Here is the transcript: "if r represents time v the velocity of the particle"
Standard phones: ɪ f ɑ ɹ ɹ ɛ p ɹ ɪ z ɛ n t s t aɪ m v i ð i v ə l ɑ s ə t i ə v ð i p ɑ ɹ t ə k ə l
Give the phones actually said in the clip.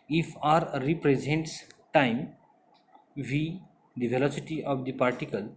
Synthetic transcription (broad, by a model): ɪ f ɑ ɹ ɹ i p ɹ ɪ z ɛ n t s t aɪ m v i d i v ə l ɑ s ə t i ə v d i p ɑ ɹ t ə k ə l